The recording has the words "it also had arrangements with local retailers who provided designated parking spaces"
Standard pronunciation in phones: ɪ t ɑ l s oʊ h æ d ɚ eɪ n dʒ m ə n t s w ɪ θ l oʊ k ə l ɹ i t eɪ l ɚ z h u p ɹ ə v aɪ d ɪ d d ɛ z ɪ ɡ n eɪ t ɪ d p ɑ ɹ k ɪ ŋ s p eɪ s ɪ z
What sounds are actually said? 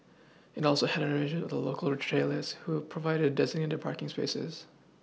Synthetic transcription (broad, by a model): ɪ t ɑ l s oʊ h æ d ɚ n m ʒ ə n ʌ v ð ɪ l oʊ k ə l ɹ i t eɪ l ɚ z h u p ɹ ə v aɪ d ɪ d d ɛ z ɪ ɡ n eɪ t ɪ d p ɑ ɹ k ɪ ŋ s p eɪ s ɪ z